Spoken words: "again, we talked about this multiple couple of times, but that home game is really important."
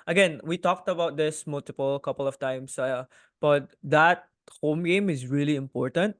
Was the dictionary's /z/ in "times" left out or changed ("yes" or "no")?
yes